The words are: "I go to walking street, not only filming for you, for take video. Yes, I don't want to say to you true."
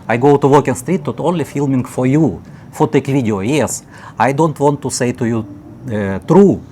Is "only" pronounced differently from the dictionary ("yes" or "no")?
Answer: no